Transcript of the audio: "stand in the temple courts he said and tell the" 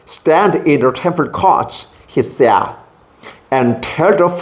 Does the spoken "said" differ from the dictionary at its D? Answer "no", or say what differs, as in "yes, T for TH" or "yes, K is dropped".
yes, D is dropped